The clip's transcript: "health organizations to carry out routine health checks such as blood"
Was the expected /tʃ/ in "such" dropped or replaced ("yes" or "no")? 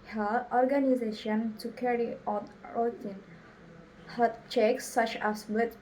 no